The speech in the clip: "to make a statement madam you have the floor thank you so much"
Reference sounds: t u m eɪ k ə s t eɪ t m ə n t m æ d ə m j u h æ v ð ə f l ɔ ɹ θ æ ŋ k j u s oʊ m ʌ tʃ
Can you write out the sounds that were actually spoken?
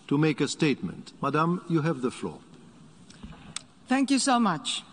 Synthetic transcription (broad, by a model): t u m eɪ k ə s t eɪ t m ə n t m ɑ d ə m j u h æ v ð ə f l ɔ ɹ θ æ ŋ k j u s oʊ m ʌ tʃ